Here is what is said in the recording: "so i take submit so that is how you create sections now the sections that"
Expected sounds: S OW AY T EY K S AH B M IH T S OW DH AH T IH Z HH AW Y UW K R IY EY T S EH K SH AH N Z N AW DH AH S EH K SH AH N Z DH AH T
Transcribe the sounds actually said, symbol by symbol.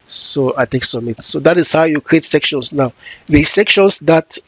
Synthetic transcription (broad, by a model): S OW AY T EY K S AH M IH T S OW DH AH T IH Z HH AW Y UW K R IY EY T S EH K SH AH N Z N AW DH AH S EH K SH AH N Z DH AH T